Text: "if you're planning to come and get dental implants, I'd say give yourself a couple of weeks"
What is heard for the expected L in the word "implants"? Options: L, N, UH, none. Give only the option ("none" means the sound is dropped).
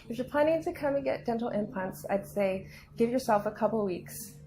none